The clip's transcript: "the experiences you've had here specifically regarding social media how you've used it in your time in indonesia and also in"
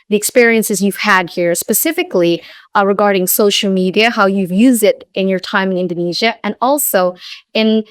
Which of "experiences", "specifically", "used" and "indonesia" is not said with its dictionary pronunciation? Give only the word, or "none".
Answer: none